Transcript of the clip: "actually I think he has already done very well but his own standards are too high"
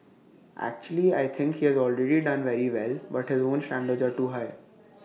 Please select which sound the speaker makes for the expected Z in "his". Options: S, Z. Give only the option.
Z